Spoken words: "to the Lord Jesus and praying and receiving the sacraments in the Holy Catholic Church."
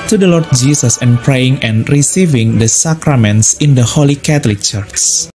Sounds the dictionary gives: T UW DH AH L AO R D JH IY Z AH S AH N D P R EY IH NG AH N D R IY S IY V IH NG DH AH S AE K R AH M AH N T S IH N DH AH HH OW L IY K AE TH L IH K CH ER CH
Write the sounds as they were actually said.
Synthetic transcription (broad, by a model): T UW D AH L AO R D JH IY S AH S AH N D P R EY IH NG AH N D R IY S IY V IH NG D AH S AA K R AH M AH N T S IH N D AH HH OW L IY K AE T L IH K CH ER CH